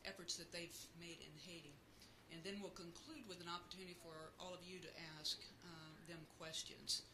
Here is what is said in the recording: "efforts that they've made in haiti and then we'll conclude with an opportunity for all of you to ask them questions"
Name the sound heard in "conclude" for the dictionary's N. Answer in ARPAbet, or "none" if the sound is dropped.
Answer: N